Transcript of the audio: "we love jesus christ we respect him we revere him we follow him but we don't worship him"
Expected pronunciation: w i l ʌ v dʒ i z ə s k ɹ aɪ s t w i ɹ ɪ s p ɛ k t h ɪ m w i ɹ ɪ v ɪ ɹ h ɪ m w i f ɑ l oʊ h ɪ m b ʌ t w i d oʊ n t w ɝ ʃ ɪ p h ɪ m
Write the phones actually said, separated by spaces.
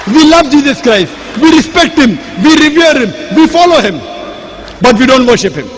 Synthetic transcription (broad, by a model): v i l ʌ v dʒ i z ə s k ɹ aɪ s t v i ɹ ɪ s p ɛ k t h ɪ m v i ɹ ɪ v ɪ ɹ h ɪ m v i f ɑ l oʊ h ɪ m b ʌ t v i d oʊ n t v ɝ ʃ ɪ p h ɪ m